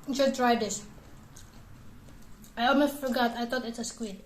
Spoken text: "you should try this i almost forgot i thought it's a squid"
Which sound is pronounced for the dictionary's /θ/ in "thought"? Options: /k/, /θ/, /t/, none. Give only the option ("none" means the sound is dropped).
/t/